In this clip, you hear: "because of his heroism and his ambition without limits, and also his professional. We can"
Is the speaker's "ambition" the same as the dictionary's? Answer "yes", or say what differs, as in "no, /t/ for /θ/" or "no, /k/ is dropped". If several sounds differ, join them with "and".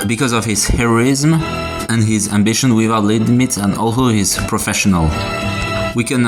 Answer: yes